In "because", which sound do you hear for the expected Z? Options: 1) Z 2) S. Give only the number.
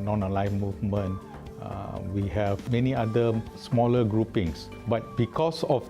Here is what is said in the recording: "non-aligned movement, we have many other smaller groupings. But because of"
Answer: 2